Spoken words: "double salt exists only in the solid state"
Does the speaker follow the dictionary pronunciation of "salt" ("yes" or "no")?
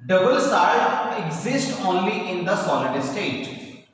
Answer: no